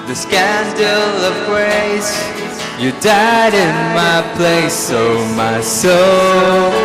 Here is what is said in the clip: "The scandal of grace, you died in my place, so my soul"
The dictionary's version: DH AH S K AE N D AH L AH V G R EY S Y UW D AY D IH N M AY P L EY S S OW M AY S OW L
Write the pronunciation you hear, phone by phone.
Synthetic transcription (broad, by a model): DH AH S K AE N D L AH V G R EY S Y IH D AY D IH N M AY P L EY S S OW M AY S OW L